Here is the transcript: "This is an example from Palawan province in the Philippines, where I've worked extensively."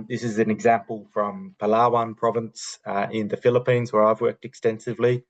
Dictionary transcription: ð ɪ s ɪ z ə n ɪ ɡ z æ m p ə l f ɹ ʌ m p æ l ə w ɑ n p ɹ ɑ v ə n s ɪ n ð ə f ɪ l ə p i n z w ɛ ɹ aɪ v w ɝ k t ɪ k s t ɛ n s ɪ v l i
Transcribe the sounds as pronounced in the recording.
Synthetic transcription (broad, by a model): ð ɪ s ɪ z ə n ɪ ɡ z æ m p ə l f ɹ ʌ m p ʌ l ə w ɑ n p ɹ ɑ v ə n s ɪ n ð ə f ɪ l ə p i n z w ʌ ɹ aɪ v w ɝ k t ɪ k s t ɛ n s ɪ v l i